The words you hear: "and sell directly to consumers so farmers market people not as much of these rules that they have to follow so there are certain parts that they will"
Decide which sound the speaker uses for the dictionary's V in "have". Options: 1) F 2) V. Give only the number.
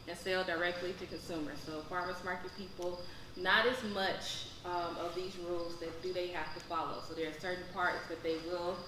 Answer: 1